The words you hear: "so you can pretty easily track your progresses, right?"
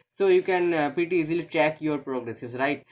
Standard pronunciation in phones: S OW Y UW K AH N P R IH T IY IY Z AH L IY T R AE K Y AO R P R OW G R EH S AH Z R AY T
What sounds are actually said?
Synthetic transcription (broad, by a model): S OW Y UW K AH N P IY T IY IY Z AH L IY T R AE K Y AO R P R OW G R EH S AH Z R AY T